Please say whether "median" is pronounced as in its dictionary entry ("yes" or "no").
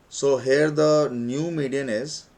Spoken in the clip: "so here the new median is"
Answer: yes